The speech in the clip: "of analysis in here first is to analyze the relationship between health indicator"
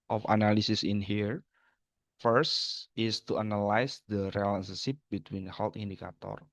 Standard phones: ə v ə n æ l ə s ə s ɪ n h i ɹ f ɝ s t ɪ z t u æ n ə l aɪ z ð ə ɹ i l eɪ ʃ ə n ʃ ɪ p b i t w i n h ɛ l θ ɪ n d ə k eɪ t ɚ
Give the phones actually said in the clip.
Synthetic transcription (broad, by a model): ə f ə n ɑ l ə s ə s ɪ n h i ɹ f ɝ s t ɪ s t u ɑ n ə l aɪ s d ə ɹ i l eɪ s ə ʃ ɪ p b i t w i n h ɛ l t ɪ n d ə k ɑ t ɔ